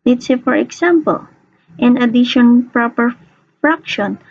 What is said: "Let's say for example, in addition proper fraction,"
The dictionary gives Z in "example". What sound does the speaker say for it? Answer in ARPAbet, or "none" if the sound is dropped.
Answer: S